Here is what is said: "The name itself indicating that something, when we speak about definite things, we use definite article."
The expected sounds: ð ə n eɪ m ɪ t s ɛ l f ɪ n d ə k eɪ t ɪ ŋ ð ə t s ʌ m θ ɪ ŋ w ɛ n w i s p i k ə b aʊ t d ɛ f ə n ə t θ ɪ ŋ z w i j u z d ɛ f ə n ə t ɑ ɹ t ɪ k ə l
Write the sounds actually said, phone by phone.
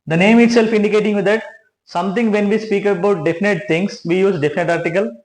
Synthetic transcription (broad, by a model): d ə n eɪ m ɪ t s ɛ l f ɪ n d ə k eɪ t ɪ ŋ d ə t s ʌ m t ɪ ŋ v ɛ n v i s p i k ə b aʊ t d ɛ f ə n ə t t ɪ ŋ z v i j u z d ɛ f ə n ə t ɑ ɹ t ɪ k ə l